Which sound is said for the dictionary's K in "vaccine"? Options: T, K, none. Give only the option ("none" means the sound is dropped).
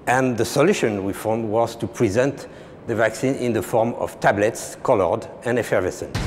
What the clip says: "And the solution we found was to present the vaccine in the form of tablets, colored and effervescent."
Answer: K